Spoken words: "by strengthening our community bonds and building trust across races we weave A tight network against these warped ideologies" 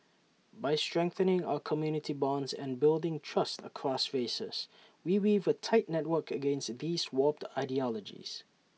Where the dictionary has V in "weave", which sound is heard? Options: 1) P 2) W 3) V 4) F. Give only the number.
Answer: 3